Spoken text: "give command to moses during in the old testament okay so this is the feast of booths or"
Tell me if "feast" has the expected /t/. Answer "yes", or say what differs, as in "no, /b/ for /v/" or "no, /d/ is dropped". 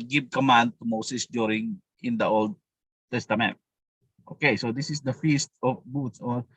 yes